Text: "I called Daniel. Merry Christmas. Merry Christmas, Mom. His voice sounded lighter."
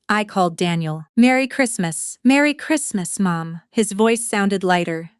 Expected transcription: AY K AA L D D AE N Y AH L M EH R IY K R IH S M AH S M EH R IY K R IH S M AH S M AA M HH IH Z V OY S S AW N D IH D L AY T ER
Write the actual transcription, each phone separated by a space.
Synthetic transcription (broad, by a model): AY K AA L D D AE N Y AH L M EH R IY K R IH S M AH S M EH R IY K R IH S M AH S M AA M HH IH Z V OY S S AW N D IH D L AY T ER